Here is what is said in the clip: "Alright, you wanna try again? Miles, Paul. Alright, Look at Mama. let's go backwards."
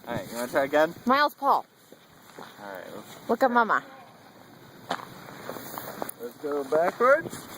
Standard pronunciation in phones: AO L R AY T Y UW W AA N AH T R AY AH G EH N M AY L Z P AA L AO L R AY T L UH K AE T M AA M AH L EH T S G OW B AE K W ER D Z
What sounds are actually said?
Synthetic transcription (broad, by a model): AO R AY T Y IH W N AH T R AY AH G EH N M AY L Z P AA L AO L R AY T W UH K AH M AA M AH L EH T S G OW B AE K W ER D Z